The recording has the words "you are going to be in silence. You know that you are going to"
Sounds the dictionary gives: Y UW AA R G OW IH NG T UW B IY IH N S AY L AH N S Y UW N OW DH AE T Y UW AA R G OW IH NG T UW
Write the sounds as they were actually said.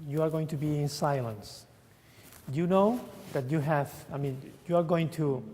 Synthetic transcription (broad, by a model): Y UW AA R G OW IH NG T UW B IY IH N S AY L AH N S Y UW N OW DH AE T Y UW AA R G OW IH NG T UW